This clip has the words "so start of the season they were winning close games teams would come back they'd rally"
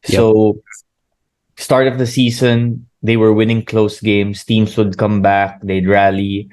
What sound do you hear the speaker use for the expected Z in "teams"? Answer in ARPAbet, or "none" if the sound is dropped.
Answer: S